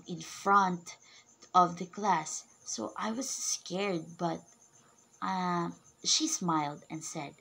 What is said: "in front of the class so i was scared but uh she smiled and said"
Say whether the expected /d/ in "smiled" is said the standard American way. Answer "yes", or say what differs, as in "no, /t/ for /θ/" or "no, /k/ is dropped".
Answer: yes